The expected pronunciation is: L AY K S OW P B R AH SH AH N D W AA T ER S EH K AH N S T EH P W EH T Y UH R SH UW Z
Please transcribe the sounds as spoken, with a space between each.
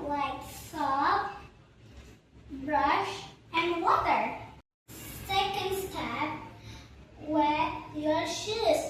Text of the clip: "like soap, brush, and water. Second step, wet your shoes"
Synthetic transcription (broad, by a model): L AY K S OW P B R AH SH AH N W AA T ER S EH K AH N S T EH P W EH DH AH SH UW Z